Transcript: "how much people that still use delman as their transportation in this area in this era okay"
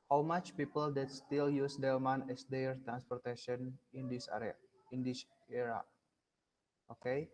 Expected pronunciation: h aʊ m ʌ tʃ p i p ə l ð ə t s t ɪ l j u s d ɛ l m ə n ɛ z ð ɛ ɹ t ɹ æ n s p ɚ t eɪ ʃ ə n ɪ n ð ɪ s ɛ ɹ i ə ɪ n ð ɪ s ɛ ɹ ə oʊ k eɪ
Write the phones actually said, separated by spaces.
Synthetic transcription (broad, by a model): h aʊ m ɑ tʃ p i p ə l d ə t s t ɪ l j u s d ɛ m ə n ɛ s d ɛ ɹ t ɹ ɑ n s p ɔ t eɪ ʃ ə n ɪ n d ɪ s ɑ ɹ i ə ɪ n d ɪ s ɛ ɹ ə oʊ k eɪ